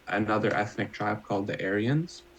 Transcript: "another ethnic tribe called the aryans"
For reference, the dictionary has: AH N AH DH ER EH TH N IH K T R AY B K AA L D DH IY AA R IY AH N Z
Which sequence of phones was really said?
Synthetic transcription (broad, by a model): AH N AH DH ER EH TH N IH K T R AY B K AA L D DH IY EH R IY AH N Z